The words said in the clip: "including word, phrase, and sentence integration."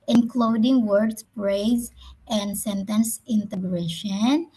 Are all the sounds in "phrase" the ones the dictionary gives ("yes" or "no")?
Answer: no